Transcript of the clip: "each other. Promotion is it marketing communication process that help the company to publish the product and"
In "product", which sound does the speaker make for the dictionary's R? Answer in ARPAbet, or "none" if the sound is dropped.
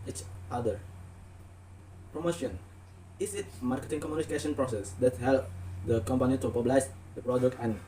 R